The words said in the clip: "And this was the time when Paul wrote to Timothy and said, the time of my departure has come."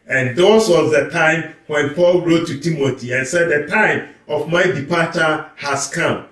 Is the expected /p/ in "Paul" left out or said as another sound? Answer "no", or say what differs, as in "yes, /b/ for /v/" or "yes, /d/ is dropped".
no